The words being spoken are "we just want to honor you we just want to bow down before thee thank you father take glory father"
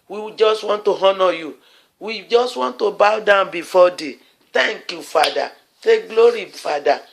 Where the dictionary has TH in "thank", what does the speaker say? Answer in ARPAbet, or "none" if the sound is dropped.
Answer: T